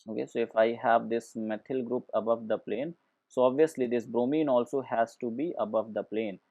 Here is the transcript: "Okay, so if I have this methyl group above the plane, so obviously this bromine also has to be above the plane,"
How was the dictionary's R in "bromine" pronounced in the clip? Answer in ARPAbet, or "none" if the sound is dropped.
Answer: R